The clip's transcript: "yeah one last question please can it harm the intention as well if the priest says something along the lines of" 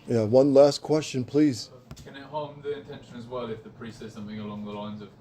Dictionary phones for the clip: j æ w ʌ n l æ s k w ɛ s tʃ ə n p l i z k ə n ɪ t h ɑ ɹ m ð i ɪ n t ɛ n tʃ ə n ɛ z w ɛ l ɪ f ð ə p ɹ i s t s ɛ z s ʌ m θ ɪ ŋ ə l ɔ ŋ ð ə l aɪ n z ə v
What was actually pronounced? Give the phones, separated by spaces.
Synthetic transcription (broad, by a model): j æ w ʌ n l æ s k w ɛ s tʃ ə n p l i z k ə n ɪ t h ɑ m ð i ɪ n t ɛ n ʃ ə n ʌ z w ɛ l ɪ f ð ə p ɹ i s s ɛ s ʌ m θ ɪ ŋ ə l ɔ ŋ ð ə l aɪ n z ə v